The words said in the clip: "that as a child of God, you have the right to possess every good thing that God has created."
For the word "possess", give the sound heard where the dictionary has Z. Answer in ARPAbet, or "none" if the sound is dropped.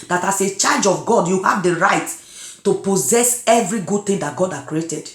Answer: Z